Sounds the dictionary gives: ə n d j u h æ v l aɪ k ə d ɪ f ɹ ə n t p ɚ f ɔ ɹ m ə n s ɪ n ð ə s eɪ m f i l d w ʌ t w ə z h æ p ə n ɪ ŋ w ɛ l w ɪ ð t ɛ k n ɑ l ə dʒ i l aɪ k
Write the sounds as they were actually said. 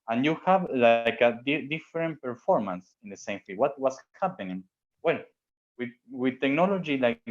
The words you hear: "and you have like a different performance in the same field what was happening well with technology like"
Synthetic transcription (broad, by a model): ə n j u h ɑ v l aɪ k ə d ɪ f ɹ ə n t p ɚ f ɔ ɹ m ə n s ɪ n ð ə s eɪ m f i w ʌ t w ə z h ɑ p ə n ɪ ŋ w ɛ l w ɪ ð t ɛ k n ɑ l ə dʒ i l aɪ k